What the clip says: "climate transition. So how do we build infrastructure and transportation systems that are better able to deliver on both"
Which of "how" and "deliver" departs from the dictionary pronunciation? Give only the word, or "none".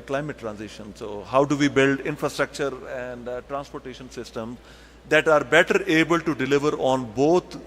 none